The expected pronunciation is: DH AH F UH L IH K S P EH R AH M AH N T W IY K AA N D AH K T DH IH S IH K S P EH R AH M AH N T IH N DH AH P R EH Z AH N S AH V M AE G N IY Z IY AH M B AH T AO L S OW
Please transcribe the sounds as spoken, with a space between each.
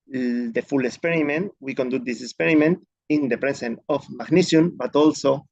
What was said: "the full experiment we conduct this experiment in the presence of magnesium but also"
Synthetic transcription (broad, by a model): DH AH F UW L IH K S P EH R AH M AH N T W IY K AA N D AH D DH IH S IH K S P EH R AH M AH N T IH N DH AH P R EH S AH N AH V M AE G N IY S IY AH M B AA T AO L S OW